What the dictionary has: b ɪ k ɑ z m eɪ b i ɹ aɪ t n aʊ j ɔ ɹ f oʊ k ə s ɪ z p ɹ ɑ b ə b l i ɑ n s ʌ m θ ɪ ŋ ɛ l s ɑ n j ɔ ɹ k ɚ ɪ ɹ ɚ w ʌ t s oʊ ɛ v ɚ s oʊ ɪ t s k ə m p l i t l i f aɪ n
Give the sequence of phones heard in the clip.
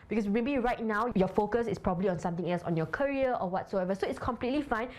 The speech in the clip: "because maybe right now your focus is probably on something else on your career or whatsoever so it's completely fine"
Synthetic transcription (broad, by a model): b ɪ k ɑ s m eɪ b i ɹ aɪ t n aʊ j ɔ f oʊ k ə s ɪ s p ɹ ɑ b ə b l i ɑ n s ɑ m t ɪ ŋ ɛ l s ɑ n j ɔ k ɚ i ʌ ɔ w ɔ t s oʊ ɛ v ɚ s oʊ ɪ t s k ə m p l i t l i f aɪ n